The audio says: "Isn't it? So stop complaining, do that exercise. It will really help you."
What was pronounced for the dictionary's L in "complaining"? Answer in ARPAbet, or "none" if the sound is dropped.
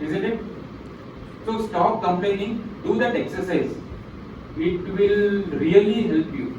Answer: none